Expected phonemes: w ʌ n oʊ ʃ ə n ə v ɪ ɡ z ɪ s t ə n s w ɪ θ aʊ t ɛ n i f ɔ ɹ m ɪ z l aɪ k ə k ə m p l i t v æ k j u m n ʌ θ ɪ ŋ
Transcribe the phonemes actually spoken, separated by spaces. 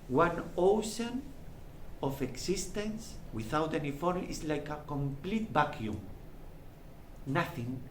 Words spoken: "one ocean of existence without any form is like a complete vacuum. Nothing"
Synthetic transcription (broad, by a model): w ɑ n oʊ ʃ ə n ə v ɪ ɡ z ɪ s t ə n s w ɪ θ aʊ t ɛ n i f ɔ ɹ ɪ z l aɪ k ə k ə m p l i t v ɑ k j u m n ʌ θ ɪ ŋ